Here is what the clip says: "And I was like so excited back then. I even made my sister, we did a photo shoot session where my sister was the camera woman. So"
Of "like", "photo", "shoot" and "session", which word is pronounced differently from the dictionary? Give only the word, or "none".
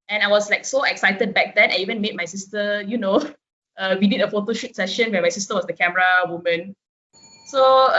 none